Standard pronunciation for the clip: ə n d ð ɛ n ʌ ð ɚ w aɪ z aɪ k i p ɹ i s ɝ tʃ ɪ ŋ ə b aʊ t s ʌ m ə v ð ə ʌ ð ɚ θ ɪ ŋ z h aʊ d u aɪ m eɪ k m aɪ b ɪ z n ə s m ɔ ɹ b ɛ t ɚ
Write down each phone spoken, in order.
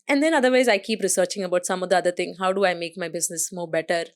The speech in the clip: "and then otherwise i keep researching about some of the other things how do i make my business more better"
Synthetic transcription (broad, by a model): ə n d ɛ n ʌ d ɚ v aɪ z aɪ k i p ɹ i s ɝ tʃ ɪ ŋ ə b aʊ t s ʌ m ə v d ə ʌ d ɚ t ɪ ŋ h aʊ d u aɪ m eɪ k m aɪ b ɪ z n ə s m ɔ b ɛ t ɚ